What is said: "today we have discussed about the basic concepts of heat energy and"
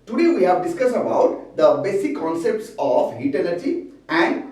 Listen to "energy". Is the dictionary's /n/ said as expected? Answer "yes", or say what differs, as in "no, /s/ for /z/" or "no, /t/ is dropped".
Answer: no, /l/ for /n/